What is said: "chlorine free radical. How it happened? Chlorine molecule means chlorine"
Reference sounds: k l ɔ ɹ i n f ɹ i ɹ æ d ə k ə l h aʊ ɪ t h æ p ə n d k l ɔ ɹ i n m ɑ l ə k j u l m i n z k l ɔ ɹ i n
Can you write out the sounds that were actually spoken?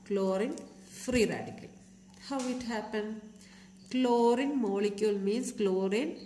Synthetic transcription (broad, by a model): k l ɔ ɹ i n f ɹ i ɹ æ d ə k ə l h aʊ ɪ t h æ p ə n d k l ɔ ɹ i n m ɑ l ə k j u l m i n s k l ɔ ɹ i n